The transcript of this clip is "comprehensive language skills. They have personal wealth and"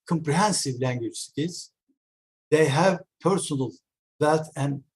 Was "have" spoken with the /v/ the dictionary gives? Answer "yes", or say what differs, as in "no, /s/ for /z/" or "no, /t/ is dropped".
yes